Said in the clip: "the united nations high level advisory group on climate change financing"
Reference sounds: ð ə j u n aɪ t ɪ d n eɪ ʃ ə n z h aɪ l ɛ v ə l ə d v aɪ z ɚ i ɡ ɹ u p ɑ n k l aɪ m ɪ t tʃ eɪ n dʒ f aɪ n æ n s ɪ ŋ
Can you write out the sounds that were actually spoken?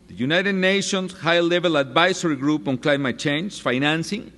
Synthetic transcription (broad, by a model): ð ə j u n aɪ t ɪ d n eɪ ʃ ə n s h aɪ l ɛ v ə l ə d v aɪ s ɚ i ɡ ɹ u p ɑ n k l aɪ m ɪ t tʃ eɪ n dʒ f aɪ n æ n s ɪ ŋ